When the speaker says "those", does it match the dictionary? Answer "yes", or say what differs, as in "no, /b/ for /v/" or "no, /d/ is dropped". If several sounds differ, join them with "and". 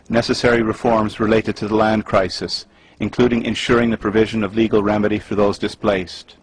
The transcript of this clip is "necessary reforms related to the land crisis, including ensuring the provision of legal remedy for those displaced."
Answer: yes